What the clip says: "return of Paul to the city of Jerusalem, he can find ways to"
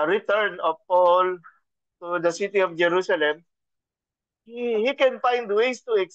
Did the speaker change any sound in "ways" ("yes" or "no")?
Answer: yes